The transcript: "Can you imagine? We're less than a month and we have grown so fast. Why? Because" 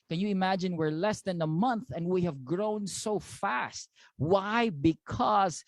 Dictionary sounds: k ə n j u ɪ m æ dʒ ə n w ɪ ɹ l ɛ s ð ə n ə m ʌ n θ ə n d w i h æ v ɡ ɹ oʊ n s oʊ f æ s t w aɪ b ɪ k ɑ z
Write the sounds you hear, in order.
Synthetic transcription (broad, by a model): k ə n j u ɪ m æ dʒ ə n w ɪ ɹ l ɛ s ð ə n ə m ʌ n θ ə n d w i h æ v ɡ ɹ oʊ n s oʊ f æ s t w aɪ b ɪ k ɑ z